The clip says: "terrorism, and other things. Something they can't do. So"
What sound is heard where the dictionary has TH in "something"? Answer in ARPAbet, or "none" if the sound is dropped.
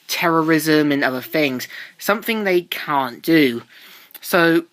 TH